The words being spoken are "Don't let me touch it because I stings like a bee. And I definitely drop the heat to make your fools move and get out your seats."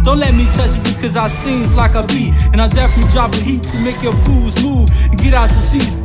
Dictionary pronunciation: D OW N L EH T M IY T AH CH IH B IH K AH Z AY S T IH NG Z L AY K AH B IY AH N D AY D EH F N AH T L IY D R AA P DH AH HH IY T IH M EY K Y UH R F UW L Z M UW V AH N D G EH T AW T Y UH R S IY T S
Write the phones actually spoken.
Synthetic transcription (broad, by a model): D OW N L EH T M IY T AH CH IH B IH K AH Z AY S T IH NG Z L AY K AH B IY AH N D AY D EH F AH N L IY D R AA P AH HH IY T IH M EY K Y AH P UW Z M UW V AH N G EH T AW T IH S IY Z